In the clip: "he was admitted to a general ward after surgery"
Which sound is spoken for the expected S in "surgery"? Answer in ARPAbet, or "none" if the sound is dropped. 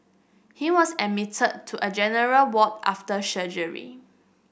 SH